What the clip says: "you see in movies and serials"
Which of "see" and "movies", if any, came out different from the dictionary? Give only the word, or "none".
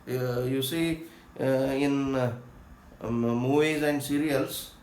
movies